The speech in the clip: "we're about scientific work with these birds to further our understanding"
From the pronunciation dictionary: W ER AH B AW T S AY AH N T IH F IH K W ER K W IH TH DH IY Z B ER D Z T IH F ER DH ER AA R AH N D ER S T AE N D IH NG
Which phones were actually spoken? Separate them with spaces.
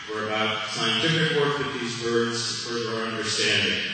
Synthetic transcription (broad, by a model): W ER AH B AW T S AY AH N T IH F IH K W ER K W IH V DH IY Z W ER D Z T IH F ER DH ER R AH N D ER S T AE N D IH NG